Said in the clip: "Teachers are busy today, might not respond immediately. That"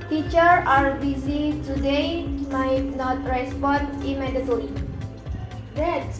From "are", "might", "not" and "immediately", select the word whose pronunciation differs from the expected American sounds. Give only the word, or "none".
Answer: immediately